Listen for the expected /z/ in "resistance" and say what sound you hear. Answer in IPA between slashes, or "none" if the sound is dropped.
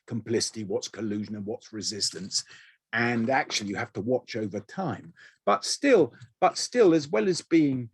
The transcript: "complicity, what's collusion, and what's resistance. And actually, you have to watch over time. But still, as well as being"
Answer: /z/